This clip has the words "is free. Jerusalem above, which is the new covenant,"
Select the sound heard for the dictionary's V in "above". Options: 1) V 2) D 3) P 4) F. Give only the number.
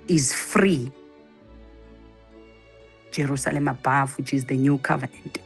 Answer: 4